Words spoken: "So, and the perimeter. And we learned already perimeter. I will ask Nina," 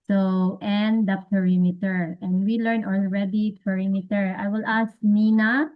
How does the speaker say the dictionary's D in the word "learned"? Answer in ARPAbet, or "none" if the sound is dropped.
none